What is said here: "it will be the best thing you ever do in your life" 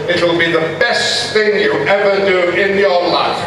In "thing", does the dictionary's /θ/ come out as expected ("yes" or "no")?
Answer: yes